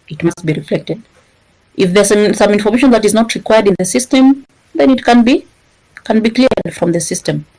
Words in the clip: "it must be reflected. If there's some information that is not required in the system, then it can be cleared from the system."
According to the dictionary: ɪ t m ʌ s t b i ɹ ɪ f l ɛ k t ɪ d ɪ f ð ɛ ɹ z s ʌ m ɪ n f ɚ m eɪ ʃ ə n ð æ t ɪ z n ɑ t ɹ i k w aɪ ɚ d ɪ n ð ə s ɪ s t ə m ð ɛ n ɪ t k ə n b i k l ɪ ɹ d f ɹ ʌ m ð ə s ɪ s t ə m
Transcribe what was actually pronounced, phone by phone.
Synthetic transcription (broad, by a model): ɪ t m ʌ s t b i ɹ ɪ f l ɛ k t ɪ d ɪ f ð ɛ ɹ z s ʌ m ɪ n f ɚ m eɪ ʃ ə n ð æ t ɪ z n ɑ t ɹ i k w aɪ ɚ d ɪ n ð ə s ɪ s t ə m ð ɛ n ɪ t k ə n b i k n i l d f ɹ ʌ m ð ə s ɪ s t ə m